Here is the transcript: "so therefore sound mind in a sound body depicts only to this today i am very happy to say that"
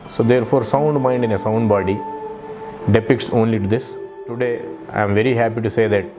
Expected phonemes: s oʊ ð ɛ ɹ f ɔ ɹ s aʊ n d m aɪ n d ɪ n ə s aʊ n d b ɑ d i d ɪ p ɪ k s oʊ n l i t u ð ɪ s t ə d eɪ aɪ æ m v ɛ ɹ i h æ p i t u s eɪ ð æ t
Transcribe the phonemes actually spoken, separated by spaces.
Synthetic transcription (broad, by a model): s oʊ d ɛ ɹ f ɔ ɹ s aʊ n d m aɪ n d ɪ n ə s aʊ n d b ɑ d i d ɪ p ɪ k s oʊ n l i t u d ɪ s t ə d eɪ aɪ m v ɛ ɹ i h æ p i t u s eɪ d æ t